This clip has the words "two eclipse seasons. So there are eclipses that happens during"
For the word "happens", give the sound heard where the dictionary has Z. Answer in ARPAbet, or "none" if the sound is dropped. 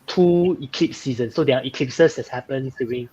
none